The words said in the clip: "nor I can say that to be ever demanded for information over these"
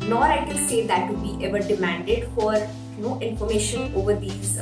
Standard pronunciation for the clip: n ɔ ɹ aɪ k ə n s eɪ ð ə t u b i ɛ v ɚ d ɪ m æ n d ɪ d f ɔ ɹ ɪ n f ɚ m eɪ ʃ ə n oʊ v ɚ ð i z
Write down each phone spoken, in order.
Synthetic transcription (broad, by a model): n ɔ ɹ aɪ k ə l s eɪ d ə t u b i ɛ v ɚ d ɪ m æ n d ɪ d f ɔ ɹ ɪ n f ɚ m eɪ ʃ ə n oʊ v ɚ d i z